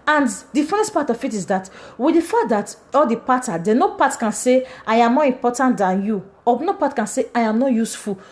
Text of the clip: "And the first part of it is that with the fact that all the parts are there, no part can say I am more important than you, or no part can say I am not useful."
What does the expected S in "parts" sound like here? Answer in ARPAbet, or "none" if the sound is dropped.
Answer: none